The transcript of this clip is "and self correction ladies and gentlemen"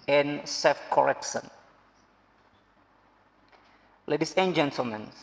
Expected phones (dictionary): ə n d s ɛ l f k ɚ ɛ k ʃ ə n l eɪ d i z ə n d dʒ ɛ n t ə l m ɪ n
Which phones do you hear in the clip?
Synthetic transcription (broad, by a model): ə n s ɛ f k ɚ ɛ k s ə n l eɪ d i s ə n dʒ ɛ n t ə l m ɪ n